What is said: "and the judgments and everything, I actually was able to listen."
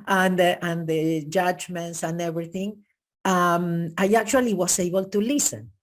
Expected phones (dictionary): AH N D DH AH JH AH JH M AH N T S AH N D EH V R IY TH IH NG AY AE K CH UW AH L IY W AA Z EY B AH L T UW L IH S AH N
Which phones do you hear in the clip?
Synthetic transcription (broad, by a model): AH N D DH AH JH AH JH M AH N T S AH N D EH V R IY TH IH NG AY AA K CH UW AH L IY W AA S EY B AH L T UW L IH S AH N